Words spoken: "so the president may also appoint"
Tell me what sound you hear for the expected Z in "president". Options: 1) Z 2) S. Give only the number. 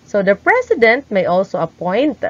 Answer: 2